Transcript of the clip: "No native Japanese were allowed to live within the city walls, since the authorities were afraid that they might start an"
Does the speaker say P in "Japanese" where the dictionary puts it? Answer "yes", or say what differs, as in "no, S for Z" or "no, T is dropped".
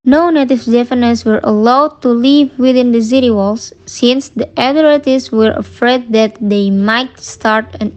no, F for P